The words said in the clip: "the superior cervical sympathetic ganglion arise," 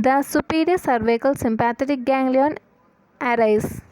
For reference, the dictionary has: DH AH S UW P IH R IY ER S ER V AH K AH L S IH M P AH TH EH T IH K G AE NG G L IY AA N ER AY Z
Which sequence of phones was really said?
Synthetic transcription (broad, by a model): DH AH S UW P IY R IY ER S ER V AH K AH L S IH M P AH T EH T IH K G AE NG G L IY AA N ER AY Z